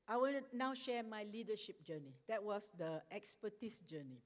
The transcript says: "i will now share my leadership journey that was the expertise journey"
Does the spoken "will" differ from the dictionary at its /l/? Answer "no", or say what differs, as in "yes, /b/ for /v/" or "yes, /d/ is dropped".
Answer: yes, /n/ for /l/